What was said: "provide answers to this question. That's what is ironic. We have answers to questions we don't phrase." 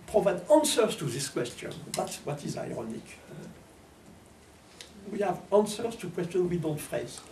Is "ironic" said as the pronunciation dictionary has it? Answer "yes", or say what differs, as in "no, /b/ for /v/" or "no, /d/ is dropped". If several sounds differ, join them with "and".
yes